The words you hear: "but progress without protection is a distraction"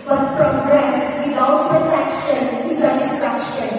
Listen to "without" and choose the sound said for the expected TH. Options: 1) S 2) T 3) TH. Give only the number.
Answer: 2